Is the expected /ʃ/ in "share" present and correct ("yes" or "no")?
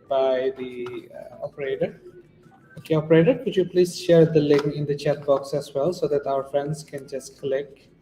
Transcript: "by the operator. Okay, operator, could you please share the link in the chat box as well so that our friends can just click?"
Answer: yes